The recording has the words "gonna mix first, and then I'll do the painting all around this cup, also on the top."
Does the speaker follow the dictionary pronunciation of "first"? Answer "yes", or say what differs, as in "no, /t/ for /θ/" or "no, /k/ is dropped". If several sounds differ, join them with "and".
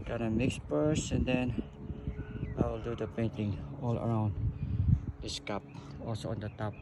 no, /p/ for /f/ and /t/ is dropped